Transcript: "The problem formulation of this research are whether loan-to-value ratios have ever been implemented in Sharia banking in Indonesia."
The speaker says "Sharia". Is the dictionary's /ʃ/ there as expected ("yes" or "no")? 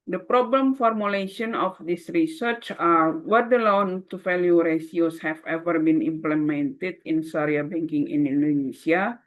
no